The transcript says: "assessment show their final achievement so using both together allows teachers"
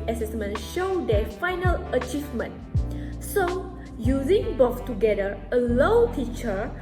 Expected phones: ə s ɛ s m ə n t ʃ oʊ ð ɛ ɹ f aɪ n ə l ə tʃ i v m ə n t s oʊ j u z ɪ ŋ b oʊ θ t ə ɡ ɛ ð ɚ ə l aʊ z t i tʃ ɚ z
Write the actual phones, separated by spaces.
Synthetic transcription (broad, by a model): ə s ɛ s m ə n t ʃ oʊ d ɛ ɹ f aɪ n ə l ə tʃ i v m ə n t s oʊ j u z ɪ ŋ b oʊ s t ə ɡ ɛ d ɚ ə l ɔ t i tʃ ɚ